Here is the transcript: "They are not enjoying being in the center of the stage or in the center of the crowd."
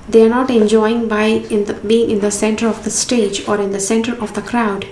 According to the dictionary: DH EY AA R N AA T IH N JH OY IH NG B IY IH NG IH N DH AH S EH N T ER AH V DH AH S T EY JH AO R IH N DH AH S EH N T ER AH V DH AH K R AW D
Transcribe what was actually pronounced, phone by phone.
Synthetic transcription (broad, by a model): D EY AA R N AA T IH N JH OY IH NG B IY IH NG IH N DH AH S EH N T ER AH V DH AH S T EY JH AO R IH N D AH S EH N T ER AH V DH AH K R AW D